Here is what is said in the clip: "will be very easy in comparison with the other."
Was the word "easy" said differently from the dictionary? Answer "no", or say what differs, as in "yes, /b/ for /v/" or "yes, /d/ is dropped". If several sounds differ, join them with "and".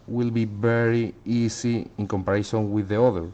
yes, /s/ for /z/